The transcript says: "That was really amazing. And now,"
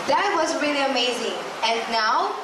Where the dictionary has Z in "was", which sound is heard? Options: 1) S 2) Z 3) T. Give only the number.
2